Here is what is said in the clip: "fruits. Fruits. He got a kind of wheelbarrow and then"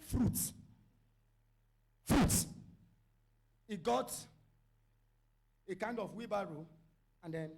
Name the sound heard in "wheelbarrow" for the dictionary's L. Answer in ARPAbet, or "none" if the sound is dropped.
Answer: none